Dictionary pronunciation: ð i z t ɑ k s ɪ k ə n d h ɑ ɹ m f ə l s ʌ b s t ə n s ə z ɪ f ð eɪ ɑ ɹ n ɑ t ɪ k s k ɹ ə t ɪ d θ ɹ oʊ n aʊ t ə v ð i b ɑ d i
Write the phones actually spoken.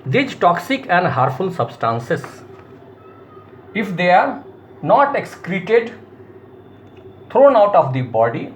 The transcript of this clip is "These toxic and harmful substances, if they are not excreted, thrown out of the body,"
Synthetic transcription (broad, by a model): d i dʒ t ɑ k s ɪ k ə n d h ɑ ɹ f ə l s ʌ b s t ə n s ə s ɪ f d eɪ ɑ ɹ n ɑ t ɪ k s k ɹ ə t ɪ d t ɹ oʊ n aʊ t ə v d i b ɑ d i